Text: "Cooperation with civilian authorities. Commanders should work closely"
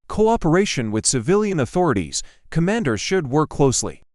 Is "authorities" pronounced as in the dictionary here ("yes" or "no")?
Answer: yes